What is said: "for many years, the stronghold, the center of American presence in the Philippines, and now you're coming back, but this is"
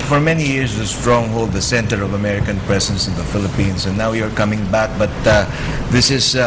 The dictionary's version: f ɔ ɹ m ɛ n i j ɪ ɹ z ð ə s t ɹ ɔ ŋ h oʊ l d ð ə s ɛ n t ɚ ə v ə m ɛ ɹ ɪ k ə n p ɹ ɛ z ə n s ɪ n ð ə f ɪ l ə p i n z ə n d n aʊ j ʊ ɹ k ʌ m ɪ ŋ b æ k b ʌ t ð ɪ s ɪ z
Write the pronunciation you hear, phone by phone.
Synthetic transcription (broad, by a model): f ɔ ɹ m ɛ n i j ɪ ɹ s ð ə s t ɹ ɔ ŋ h oʊ l d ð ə s ɛ n t ɚ ə v ə m ɛ ɹ ɪ k ə n p ɹ ɛ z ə n s ɪ n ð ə f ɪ l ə p i n s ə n n aʊ j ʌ ɹ k ʌ m ɪ ŋ b æ k b ʌ t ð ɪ s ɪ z